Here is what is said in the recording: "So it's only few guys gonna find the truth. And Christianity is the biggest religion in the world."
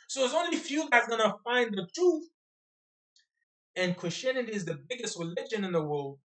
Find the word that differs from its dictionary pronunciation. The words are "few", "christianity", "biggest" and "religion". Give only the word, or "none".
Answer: none